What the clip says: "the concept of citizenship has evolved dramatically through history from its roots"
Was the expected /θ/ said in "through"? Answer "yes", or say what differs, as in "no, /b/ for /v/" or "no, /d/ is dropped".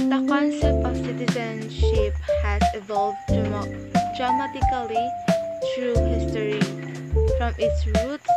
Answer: no, /t/ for /θ/